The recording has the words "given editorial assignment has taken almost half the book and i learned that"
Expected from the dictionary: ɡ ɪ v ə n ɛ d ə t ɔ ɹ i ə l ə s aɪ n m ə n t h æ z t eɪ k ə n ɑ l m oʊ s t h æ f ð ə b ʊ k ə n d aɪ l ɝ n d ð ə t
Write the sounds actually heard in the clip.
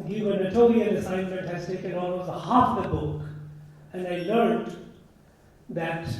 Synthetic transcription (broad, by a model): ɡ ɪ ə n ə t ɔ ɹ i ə n ə s aɪ n m ə n t h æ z t eɪ k ə n ɑ l m oʊ s t h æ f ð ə b ʊ k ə n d aɪ l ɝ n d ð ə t